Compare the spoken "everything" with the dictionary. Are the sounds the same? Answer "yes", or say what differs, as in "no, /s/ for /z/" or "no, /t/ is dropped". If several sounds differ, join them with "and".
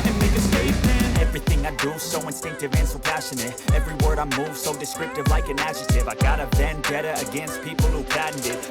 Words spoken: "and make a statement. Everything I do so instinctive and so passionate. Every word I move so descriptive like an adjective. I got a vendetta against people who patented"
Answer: yes